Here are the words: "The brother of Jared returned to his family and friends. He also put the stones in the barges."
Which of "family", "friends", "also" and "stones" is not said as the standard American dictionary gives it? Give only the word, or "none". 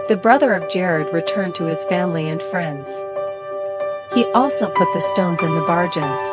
none